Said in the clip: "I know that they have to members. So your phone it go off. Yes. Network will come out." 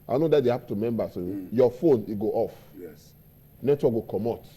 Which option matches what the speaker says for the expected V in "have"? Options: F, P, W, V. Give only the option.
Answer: P